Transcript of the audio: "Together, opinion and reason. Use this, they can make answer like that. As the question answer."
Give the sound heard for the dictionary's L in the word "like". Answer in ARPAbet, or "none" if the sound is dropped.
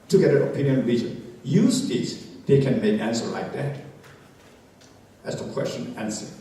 L